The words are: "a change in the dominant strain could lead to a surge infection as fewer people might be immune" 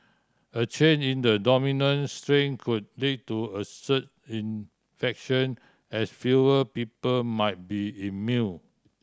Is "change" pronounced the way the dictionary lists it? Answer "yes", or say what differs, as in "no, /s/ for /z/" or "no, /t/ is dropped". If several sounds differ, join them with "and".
no, /dʒ/ is dropped